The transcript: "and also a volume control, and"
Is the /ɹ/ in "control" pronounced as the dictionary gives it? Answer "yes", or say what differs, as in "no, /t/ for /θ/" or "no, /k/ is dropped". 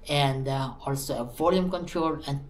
yes